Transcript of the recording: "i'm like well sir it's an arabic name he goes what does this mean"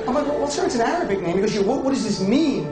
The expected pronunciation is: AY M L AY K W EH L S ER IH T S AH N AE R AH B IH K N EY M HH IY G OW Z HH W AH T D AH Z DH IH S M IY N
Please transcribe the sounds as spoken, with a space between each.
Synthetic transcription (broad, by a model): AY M L AY K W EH W S ER IH T S AH N AE R AH B IH K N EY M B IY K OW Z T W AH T D AH Z DH IH S M IY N